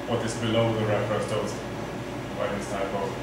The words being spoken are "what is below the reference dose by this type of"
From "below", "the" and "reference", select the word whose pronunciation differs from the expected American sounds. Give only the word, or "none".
reference